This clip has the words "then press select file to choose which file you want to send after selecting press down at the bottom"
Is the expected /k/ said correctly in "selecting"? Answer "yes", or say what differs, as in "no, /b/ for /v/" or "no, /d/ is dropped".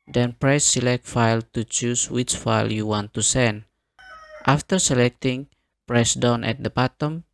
yes